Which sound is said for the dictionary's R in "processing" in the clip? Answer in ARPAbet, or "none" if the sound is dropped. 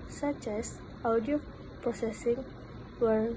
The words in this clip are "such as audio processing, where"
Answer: none